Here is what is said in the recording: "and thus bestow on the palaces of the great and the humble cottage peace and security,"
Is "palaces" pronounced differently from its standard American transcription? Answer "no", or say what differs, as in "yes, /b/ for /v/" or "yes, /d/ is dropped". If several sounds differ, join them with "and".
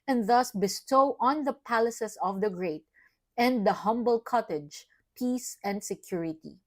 yes, /s/ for /z/